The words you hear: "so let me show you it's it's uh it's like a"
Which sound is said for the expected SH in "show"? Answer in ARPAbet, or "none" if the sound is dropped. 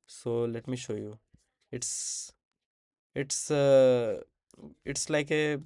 SH